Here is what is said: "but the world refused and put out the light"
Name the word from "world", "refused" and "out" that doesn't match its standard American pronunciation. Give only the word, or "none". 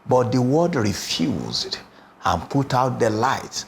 world